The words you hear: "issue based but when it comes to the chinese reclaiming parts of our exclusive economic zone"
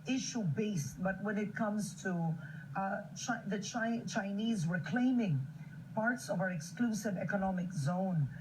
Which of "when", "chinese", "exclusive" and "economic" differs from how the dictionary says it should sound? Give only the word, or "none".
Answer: none